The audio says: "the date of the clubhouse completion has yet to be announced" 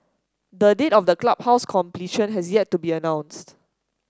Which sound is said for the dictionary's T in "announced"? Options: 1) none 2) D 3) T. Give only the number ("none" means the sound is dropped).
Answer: 3